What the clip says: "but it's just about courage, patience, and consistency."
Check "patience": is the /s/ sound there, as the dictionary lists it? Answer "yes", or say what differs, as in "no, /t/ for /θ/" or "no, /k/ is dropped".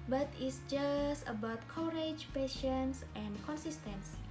yes